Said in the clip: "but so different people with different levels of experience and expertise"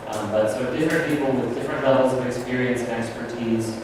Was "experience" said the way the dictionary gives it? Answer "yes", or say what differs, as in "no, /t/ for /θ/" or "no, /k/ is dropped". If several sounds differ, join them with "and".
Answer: yes